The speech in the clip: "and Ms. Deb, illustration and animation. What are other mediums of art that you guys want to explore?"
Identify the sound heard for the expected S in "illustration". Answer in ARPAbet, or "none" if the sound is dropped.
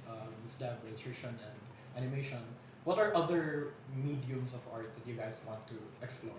none